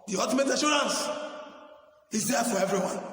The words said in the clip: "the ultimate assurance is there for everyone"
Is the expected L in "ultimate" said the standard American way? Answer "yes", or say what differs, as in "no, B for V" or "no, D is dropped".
no, L is dropped